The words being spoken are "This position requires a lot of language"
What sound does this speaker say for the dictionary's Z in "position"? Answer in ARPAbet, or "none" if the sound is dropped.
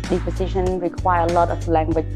S